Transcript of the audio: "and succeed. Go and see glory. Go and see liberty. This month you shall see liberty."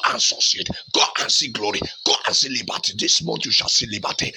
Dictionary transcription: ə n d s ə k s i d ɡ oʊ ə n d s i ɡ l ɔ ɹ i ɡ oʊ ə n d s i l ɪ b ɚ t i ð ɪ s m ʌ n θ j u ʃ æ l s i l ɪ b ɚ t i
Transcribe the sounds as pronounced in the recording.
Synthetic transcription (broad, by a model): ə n s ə s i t ɡ oʊ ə n s i ɡ l ɔ ɹ i ɡ oʊ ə n s i l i b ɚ t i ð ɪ s m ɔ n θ j u ʃ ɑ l s i l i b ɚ t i